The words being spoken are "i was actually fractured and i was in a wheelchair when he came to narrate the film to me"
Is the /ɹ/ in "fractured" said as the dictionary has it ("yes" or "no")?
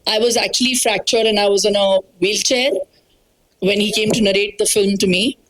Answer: yes